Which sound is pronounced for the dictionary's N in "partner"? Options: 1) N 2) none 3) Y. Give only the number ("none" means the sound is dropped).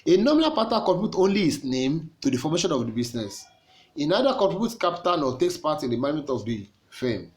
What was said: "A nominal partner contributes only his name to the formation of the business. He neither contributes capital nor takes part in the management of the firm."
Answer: 2